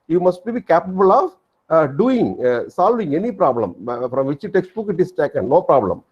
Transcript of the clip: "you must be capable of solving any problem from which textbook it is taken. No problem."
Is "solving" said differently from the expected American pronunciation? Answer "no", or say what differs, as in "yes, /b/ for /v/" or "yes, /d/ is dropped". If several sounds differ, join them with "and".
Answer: no